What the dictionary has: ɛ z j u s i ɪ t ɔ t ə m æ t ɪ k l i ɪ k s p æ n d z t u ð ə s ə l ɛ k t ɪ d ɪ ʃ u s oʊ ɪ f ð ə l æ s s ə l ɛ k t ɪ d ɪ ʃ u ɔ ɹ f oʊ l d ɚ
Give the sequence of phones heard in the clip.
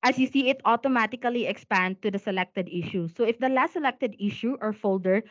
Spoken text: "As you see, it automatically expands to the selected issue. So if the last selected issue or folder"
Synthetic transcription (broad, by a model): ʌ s j u s i ɪ t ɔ t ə m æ t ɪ k l i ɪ k s p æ n d t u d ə s ə l ɛ k t ɪ d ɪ ʃ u s oʊ ɪ f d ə l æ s s ə l ɛ k t ɪ d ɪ ʃ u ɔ ɹ f oʊ l d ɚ